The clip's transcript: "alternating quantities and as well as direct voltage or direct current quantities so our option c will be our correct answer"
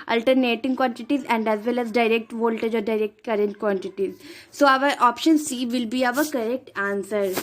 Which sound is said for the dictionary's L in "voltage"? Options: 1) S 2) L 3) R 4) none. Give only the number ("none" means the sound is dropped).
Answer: 2